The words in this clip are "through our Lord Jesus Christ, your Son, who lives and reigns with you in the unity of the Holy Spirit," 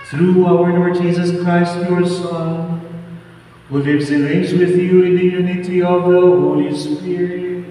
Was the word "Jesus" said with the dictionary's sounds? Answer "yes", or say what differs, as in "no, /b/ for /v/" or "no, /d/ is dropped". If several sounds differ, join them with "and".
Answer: yes